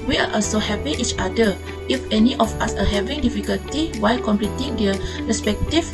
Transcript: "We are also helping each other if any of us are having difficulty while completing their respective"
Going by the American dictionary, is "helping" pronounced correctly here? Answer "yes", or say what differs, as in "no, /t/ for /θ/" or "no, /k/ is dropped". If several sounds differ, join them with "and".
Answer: no, /l/ is dropped